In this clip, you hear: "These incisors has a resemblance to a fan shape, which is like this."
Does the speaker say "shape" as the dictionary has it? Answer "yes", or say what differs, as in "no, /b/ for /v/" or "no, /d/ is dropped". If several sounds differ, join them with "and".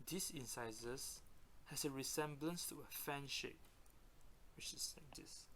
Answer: yes